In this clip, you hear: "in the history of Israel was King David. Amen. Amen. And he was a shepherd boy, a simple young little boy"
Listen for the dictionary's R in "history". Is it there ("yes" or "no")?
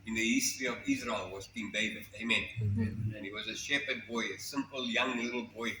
no